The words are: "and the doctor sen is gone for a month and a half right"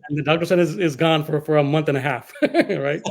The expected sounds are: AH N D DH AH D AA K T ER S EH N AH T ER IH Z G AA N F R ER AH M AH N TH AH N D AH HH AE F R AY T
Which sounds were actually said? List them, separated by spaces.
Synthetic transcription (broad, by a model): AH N DH AH D AA K T ER S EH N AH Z IH Z G AA N F R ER AH M AH N TH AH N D AH HH AE F R AY T